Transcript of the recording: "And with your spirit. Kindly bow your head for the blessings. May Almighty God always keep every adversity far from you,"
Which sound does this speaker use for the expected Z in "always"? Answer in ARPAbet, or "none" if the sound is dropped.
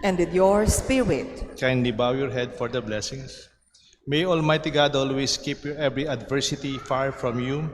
S